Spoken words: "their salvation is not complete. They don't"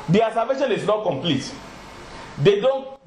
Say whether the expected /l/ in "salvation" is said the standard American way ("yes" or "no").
no